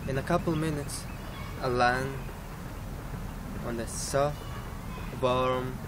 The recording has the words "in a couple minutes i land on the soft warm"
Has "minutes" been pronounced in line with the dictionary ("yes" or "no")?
yes